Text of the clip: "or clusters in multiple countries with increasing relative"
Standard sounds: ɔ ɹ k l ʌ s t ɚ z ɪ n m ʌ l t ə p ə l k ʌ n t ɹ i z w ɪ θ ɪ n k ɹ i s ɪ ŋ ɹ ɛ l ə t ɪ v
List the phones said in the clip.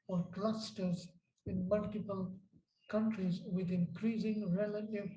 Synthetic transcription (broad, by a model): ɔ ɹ k l ʌ s t ɚ z ɪ n m ʌ l t ə p ə l k ʌ n t ɹ i z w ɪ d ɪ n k ɹ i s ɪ ŋ ɹ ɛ l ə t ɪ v